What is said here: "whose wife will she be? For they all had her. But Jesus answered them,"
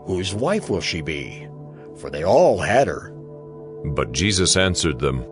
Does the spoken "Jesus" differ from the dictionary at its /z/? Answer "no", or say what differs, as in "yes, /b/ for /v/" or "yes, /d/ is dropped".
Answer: no